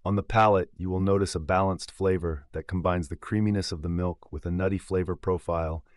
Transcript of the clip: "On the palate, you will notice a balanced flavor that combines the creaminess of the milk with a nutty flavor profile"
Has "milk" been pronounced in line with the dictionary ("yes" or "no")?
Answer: yes